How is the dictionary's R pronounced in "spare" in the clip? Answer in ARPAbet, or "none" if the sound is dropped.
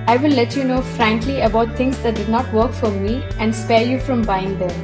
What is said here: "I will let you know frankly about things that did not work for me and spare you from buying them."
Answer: R